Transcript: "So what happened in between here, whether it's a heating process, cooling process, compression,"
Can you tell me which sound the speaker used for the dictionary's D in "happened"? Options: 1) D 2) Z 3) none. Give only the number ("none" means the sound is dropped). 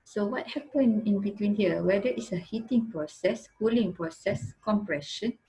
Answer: 3